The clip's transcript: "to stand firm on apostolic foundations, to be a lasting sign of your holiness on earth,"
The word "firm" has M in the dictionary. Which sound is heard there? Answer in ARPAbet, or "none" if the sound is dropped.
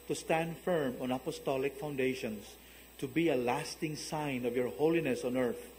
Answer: M